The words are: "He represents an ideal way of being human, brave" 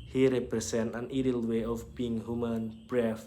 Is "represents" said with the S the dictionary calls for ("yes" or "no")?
no